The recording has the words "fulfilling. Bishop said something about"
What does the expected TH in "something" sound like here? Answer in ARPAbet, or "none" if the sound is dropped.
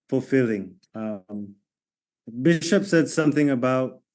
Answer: TH